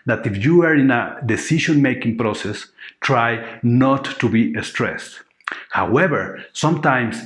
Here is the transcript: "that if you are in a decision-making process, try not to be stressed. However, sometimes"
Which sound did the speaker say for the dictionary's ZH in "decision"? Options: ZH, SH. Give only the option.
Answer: SH